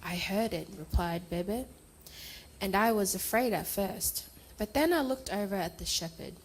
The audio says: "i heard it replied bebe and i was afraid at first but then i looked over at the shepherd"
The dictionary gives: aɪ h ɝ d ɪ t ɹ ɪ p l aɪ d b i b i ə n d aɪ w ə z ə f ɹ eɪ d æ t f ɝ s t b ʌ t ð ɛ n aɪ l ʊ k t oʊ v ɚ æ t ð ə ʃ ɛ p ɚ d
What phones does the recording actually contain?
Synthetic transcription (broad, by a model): aɪ h ɝ d ɪ t ɹ ɪ p l aɪ d b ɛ b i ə n aɪ w ə z ə f ɹ eɪ d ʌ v f ɝ s t b ʌ t ð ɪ n aɪ l ʊ k t oʊ v ɚ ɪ t ð ə ʃ ɛ p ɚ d